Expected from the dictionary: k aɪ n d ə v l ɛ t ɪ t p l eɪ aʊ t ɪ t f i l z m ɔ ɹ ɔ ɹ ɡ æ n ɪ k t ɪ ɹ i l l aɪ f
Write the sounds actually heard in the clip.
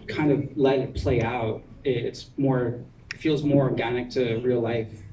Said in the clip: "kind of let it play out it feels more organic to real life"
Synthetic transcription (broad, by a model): k aɪ n d ə v l ɛ t ɪ t p l eɪ aʊ t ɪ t f i l z m ɔ ɹ ɔ ɹ ɡ æ n ɪ k t ɪ ɹ i l l aɪ f